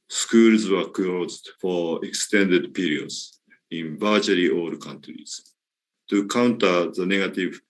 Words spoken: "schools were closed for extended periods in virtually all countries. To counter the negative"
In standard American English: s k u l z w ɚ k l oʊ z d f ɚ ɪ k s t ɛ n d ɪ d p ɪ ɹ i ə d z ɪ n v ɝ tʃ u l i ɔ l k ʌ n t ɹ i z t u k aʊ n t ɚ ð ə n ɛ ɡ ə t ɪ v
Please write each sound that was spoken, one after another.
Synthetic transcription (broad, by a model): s k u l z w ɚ k oʊ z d f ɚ ɪ k s t ɛ n d ɪ d p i ɹ i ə d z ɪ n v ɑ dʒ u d i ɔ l k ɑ n t ɹ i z t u k aʊ n t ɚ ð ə n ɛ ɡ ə t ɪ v